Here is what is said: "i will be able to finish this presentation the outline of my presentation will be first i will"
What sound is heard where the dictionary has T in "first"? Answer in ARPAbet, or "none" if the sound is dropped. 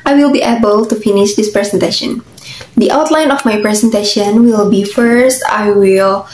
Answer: T